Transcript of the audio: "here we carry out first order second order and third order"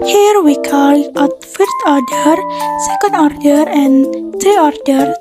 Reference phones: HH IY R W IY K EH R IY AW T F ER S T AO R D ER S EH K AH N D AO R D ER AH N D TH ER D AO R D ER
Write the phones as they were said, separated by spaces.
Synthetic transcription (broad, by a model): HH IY R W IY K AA L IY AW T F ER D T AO R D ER S EH K AH N D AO R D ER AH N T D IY AO R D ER